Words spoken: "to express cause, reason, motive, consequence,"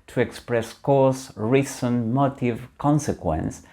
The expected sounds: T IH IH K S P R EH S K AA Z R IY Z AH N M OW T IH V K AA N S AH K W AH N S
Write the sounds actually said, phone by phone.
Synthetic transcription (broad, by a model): T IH IH K S P R EH S K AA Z R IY S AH N M OW T IH V K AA N S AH K W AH N S